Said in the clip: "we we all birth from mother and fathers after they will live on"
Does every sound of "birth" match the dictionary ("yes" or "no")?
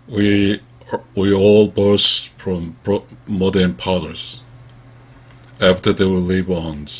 no